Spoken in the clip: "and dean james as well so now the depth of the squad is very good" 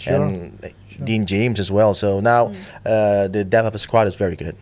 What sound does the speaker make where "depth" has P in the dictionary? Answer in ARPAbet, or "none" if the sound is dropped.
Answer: none